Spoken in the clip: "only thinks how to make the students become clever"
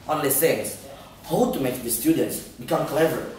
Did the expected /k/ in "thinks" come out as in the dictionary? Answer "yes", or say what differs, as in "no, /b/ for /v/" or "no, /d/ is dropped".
no, /k/ is dropped